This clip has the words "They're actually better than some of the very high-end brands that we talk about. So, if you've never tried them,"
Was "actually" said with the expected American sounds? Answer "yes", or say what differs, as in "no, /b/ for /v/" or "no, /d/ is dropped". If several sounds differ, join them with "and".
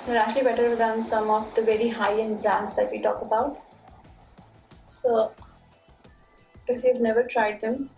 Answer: no, /k/ is dropped